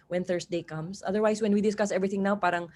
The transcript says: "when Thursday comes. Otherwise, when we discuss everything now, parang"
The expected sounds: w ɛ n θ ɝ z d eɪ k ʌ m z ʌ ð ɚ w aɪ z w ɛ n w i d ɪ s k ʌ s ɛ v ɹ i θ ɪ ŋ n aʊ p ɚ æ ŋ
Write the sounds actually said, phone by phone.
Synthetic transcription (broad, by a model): w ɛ n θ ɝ s d eɪ k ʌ m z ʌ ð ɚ w aɪ s w ɛ n w i d ɪ s k ʌ s ɛ v ɹ i θ ɪ ŋ n aʊ p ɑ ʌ ŋ